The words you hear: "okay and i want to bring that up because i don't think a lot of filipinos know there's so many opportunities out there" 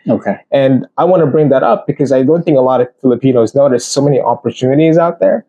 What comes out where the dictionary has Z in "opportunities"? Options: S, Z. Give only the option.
Z